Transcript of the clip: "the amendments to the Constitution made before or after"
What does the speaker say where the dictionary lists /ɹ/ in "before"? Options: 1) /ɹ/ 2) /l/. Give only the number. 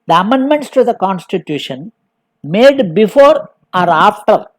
1